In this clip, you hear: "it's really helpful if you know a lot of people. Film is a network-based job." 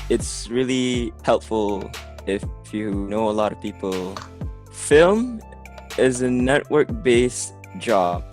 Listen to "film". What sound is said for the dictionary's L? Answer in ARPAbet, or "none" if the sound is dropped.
L